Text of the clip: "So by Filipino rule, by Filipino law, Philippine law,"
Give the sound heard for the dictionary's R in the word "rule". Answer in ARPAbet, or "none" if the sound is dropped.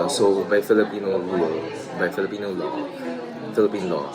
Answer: L